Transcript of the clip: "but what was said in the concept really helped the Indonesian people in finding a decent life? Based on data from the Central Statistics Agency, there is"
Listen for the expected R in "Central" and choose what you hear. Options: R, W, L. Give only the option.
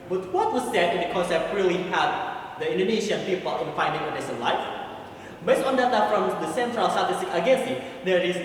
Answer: R